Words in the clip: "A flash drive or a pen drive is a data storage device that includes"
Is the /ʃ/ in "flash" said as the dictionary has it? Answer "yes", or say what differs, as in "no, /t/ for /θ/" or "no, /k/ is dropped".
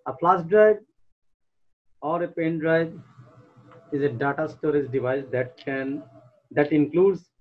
no, /s/ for /ʃ/